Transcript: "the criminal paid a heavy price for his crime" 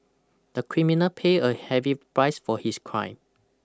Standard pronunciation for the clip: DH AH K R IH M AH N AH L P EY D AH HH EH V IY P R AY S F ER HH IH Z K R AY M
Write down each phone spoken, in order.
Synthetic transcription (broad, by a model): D AH K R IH M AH N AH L P EY AH HH EH V IY P R AY S F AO HH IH S K R AY M